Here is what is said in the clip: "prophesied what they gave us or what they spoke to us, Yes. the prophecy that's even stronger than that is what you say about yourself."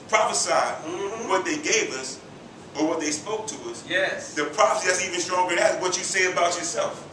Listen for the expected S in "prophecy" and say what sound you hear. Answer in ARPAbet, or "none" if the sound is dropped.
S